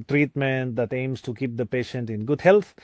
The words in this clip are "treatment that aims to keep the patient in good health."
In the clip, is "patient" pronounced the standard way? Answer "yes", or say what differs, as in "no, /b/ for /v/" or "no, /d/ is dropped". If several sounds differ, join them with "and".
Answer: yes